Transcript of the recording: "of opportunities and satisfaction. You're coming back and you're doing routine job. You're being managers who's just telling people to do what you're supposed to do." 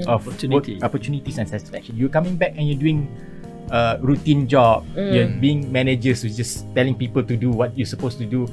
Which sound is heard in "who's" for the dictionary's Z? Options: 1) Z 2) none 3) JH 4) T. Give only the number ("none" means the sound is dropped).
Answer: 2